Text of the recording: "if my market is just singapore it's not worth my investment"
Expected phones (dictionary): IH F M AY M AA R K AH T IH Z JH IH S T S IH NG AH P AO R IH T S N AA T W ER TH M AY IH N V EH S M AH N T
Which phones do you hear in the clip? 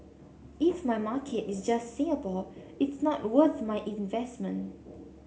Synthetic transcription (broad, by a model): IH F M AY M AA K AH T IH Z JH IH S T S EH AH B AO L IH T S N AA T W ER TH M AY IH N V EH S M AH N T